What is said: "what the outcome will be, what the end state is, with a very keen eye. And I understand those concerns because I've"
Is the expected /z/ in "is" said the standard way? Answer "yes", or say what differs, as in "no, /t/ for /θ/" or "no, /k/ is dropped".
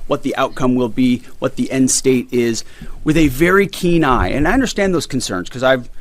yes